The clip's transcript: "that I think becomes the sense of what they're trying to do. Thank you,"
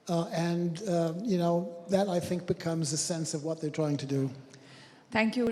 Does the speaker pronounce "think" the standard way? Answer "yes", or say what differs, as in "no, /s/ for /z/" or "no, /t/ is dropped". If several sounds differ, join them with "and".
yes